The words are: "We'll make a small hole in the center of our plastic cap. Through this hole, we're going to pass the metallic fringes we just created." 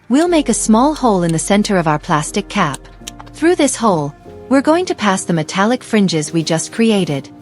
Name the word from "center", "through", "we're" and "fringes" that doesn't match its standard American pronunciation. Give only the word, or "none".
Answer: none